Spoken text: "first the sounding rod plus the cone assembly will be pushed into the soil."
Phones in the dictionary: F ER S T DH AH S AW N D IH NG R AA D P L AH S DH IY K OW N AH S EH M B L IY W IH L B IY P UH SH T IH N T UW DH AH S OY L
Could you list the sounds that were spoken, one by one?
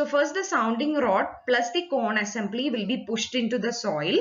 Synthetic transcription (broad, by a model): F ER S T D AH S AW N D IH NG R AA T P L AH S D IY K OW N AH S EH M B L IY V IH L B IY P UH SH T IH N T UW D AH S OY L